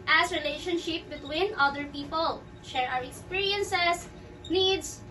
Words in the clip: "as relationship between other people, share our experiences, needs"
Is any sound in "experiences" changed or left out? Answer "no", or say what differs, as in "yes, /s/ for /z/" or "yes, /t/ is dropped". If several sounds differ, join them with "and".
yes, /s/ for /z/